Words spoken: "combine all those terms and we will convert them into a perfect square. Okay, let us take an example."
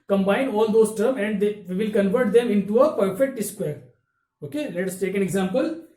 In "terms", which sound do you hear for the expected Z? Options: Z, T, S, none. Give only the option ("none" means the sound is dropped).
none